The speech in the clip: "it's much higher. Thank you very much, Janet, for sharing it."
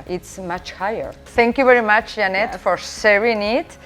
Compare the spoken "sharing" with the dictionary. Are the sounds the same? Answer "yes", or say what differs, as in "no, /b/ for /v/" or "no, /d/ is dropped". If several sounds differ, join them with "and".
no, /s/ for /ʃ/